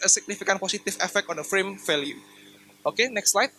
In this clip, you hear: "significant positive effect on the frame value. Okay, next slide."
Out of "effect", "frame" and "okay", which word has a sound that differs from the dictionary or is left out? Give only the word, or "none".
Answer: none